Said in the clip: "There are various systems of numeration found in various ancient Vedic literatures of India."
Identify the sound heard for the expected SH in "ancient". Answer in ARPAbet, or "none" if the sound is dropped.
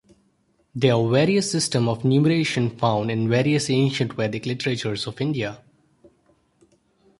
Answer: SH